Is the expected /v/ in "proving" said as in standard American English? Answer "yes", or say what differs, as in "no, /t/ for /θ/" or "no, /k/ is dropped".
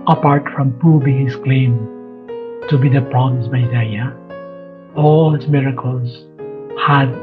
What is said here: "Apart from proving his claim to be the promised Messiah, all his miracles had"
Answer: no, /b/ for /v/